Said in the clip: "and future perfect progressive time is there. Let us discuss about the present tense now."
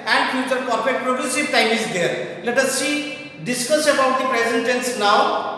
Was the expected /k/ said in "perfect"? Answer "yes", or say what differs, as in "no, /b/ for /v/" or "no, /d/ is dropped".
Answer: no, /k/ is dropped